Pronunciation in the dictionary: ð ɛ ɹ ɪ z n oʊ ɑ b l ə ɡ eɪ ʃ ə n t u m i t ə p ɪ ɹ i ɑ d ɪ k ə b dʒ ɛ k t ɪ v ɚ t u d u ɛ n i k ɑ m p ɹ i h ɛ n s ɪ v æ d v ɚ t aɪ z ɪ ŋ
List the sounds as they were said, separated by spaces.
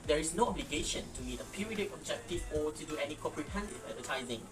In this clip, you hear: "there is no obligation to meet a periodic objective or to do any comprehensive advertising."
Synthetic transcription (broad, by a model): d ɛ ɹ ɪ s n oʊ ɑ b l ə ɡ eɪ ʃ ə n t u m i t ə p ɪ ɹ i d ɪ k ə b dʒ ɛ k t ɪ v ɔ t u d u ɛ n i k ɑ p ɹ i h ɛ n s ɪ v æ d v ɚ t aɪ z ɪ ŋ